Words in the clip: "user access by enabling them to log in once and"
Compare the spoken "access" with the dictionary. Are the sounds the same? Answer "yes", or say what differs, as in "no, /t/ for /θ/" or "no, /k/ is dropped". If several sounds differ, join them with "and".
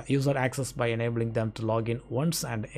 yes